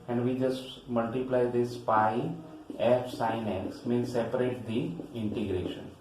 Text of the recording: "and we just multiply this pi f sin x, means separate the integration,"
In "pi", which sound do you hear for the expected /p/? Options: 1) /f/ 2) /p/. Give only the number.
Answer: 2